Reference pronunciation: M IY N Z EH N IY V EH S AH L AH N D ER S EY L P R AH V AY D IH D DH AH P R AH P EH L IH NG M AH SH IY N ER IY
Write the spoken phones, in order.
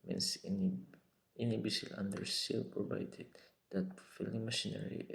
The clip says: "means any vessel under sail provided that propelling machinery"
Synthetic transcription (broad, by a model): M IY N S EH N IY B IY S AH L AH N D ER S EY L P R AH V AY D IH D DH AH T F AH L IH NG M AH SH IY N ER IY